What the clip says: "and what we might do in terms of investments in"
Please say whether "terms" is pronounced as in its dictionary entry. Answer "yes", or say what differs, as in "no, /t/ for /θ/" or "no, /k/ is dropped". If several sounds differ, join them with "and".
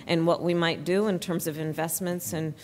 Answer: yes